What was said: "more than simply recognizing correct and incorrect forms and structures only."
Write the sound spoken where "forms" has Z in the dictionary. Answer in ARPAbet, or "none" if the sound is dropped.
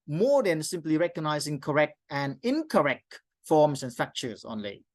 S